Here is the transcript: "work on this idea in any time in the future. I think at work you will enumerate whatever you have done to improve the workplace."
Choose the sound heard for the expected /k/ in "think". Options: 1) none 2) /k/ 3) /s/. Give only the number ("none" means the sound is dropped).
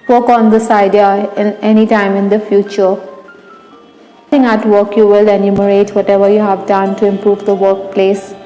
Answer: 1